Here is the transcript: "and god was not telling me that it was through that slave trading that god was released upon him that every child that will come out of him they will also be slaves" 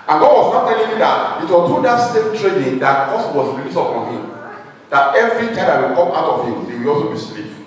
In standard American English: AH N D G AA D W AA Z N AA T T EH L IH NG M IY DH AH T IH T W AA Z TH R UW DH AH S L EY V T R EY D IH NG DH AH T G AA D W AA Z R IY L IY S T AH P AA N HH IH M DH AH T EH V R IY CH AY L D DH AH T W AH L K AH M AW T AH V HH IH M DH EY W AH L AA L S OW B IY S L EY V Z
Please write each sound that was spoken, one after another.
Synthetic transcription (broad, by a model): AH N G AA D W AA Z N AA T T EH L IH NG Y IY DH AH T IH T W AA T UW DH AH S EY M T R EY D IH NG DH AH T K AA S W AA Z R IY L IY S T AH P AA N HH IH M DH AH T EH V R IY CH AY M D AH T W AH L K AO M AW T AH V HH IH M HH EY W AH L AA L S OW B IY S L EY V